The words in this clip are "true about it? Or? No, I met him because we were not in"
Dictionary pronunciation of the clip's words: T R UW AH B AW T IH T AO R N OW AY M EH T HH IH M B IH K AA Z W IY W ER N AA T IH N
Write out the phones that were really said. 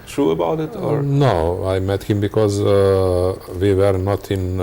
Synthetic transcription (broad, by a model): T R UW AH B AW T IH T AO R N OW AY M EH T HH IH M B IH K AA Z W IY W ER N AA T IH N